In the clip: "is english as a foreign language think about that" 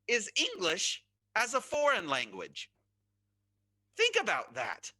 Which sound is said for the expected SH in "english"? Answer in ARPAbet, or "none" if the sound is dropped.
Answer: SH